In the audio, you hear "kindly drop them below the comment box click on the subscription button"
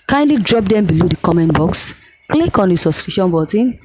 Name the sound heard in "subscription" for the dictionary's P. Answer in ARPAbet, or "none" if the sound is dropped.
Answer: none